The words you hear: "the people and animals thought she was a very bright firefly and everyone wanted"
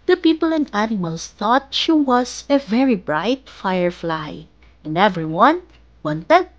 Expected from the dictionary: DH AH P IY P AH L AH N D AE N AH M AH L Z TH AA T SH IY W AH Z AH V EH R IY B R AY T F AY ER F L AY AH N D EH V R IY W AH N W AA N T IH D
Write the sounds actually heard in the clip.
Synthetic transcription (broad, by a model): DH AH P IY P AH L AH N D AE N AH M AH L S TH AA T SH IY W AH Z AH V EH R IY B R AY T F AY ER F L AY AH N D EH V R IY W AH N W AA N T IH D